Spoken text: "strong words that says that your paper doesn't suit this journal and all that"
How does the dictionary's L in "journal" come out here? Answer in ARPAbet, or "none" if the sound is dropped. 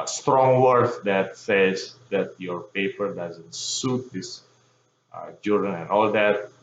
N